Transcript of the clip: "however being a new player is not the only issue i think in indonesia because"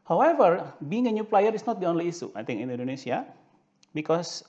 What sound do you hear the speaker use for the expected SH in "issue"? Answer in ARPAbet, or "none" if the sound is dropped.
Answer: S